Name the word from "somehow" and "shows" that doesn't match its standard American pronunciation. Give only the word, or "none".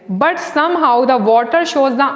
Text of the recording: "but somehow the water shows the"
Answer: none